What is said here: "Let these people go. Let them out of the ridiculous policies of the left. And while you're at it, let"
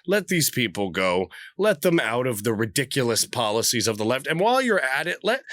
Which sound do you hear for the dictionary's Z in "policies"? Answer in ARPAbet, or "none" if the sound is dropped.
Z